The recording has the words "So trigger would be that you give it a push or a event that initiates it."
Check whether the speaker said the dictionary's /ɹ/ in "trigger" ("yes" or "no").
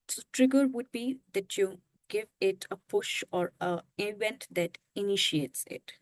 yes